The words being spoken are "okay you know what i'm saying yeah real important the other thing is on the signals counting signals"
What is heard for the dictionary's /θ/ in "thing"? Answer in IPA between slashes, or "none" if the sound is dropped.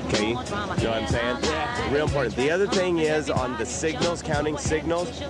/θ/